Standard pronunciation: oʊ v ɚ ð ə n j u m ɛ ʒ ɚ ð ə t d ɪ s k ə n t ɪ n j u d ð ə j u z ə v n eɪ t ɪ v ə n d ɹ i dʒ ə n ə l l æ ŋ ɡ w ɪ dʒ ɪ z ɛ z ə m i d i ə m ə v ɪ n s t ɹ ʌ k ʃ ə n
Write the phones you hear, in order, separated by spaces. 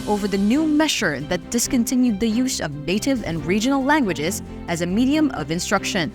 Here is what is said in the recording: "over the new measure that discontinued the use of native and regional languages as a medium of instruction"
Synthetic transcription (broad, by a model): oʊ v ɚ ð ə n j u m ɛ ʃ ɚ ð ə t d ɪ s k ə n t ɪ n j u d ð ə j u z ə v n eɪ t ɪ v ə n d ɹ i dʒ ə n l l æ ŋ ɡ w ɪ dʒ ɪ z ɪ z ə m i d i ə m ə v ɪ n s t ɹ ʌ k ʃ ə n